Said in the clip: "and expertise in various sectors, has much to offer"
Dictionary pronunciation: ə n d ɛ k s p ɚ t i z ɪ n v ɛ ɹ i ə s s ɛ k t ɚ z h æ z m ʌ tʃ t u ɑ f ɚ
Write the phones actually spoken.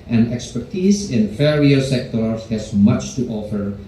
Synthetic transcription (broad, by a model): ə n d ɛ k s p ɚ t i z ɪ n f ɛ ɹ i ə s s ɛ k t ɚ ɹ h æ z m ʌ tʃ t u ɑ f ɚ